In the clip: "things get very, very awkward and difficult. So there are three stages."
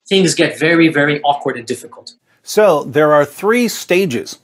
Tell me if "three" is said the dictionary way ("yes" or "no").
yes